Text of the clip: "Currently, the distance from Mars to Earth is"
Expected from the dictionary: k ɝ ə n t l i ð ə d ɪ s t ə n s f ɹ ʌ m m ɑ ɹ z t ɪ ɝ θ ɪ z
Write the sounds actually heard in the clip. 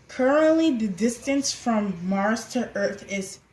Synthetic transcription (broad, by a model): k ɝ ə n t l i ð ə d ɪ s t ə n s f ɹ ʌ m m ɑ ɹ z t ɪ ɝ θ ɪ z